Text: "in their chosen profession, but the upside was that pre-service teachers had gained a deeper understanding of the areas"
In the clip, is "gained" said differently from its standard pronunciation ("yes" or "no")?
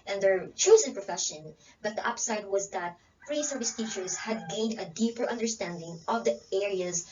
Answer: no